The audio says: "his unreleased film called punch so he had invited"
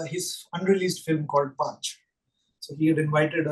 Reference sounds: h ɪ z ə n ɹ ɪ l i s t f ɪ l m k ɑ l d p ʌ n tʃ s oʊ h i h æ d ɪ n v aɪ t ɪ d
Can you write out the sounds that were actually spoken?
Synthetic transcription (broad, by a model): h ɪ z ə n ɹ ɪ l i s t f ɪ l m k ɑ l d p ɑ tʃ s oʊ h i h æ d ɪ n v aɪ t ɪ d